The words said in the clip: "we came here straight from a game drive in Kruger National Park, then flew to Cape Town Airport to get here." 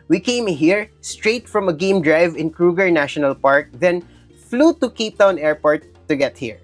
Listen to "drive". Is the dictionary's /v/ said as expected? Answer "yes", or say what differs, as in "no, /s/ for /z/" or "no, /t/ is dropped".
yes